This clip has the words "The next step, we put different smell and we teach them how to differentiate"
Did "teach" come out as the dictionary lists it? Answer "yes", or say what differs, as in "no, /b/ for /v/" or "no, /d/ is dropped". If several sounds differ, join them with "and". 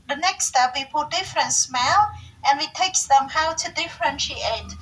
no, /s/ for /tʃ/